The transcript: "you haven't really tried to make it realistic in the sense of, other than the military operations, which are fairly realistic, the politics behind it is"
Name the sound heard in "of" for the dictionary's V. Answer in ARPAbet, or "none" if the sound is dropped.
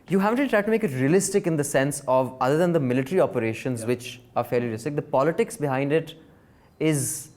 V